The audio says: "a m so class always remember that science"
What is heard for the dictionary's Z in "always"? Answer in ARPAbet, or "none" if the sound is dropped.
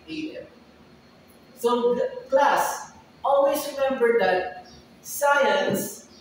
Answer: S